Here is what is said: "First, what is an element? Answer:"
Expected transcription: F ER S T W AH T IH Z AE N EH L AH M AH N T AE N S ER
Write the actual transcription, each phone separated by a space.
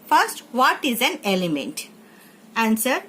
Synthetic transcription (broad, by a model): F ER S T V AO T IH Z AE N EH L AH M AH N T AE N S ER